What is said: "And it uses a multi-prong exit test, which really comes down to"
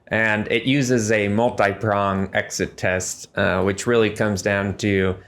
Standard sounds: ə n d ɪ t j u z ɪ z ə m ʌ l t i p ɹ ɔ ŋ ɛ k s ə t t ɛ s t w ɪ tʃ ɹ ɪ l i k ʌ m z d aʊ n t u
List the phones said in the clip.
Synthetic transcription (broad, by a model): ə n ɪ t j u z ɪ z ə m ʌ l t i p ɹ ɔ ŋ ɛ k s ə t t ɛ s t w ɪ tʃ ɹ ɪ l i k ʌ m z d aʊ n t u